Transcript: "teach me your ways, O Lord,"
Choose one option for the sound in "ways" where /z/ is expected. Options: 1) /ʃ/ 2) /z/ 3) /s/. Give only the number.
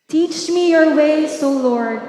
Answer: 3